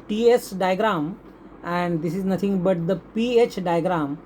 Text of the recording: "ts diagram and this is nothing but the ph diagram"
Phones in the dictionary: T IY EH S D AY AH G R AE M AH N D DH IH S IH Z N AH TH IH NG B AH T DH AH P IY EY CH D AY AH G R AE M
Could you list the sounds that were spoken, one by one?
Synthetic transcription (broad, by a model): T IY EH S D AY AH G R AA M AH N D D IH S IH Z N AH T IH NG B AH T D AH P IY EY CH D AY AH G R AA M